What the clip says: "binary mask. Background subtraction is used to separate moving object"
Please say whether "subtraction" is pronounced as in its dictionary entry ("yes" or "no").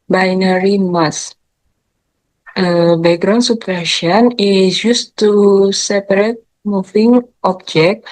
no